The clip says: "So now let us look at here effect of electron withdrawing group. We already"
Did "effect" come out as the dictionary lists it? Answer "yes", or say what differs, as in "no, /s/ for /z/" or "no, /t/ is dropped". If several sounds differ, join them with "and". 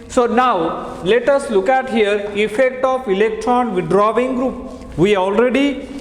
yes